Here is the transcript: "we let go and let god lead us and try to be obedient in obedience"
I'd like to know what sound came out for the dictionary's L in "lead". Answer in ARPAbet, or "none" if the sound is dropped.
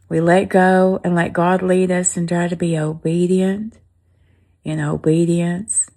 L